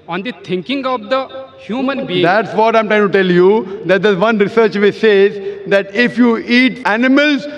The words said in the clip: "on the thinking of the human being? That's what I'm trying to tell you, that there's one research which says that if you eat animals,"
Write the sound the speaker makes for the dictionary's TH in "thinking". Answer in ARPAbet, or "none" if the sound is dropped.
T